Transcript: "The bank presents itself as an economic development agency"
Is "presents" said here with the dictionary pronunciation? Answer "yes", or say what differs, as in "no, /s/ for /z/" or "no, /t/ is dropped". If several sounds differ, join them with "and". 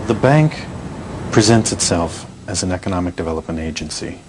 yes